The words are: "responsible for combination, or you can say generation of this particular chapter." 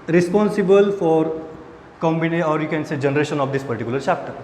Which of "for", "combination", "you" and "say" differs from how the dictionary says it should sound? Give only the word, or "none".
combination